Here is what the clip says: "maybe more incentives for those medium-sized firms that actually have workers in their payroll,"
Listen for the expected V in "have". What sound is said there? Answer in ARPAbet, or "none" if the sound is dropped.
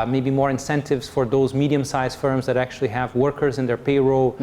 V